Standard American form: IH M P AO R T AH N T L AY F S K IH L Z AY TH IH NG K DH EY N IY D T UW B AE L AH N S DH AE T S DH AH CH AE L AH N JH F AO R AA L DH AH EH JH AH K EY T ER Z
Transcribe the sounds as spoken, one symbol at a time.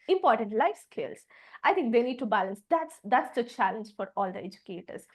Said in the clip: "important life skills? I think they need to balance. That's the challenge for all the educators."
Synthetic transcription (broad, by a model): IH M P AO R T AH N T L AY F S K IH L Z AY T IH NG K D EY N IY D T UW B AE L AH N S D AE T S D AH CH AE L AH N JH F AO R AA L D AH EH JH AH K EY T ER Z